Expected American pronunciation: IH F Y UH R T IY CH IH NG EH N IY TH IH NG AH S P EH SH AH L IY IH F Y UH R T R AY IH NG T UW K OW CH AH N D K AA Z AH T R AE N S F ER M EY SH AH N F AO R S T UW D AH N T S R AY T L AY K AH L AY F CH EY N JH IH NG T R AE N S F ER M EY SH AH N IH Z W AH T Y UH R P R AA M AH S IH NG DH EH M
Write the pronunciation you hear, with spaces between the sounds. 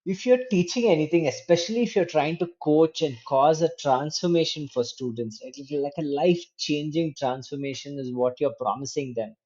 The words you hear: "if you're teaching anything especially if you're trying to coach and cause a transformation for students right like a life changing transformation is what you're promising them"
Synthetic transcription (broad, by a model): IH F Y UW R T IY CH IH NG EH N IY T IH NG AH S P EH SH AH L IY IH F Y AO R T R AY IH NG T UW K OW CH AH N D K AA Z AH T R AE N S F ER M EY SH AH N F AO R S T UW D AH N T S L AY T L AY K AH L AY F CH EY N JH IH NG T R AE N S F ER M EY SH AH N IH Z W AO T Y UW R P R AA M AH S IH NG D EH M